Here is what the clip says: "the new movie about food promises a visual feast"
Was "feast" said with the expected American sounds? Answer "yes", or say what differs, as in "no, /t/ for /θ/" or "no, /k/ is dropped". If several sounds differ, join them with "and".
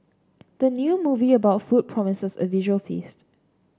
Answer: yes